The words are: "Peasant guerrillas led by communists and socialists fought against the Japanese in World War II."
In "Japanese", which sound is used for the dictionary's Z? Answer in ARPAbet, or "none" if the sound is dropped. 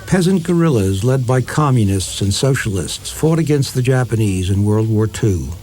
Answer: Z